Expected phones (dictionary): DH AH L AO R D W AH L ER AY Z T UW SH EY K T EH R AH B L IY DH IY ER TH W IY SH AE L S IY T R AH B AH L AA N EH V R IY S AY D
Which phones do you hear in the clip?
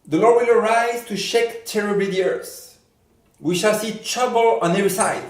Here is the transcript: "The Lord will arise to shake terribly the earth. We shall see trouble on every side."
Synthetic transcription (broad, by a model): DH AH L AO R D W AH L ER AY Z T UW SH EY K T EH R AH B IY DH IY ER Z W IY SH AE L S IY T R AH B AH L AA N EH V R IY S AY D